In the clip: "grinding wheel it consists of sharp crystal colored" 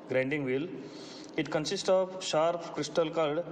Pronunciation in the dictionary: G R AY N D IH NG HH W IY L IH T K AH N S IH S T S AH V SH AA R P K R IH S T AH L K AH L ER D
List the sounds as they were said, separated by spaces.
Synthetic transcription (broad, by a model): G R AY N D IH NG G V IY L IH T K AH N S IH S T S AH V SH AA R P K R IH S T AH L K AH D D